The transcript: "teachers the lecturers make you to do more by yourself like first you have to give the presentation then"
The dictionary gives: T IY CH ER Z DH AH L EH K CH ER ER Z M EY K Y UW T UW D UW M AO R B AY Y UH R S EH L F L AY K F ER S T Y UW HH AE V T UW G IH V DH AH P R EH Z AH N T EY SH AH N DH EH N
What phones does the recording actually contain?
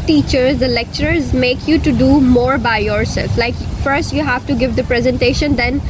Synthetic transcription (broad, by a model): T IY CH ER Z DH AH L EH K CH ER ER Z M EY K Y UW T UW D UW M AO R B AY Y UH R S EH L F L AY K F ER S T Y UW HH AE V T UW G IH V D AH P R EH Z AH N T EY SH AH N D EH N